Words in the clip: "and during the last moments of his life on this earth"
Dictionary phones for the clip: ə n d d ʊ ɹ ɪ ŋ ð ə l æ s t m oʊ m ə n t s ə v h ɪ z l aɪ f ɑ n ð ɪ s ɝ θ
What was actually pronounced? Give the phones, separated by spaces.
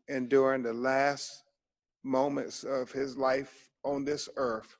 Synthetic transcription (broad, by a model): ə n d d ʊ ɹ ɪ ŋ ð ə l æ s t m oʊ m ə n t s ə v ɪ z l aɪ f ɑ n ð ɪ s ɝ θ